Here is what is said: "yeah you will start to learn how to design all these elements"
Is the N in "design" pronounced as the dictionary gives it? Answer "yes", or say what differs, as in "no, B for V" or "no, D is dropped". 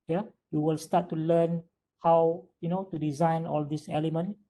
yes